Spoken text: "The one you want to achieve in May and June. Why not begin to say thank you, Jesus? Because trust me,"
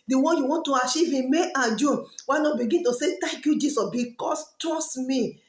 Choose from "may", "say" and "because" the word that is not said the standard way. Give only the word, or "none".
because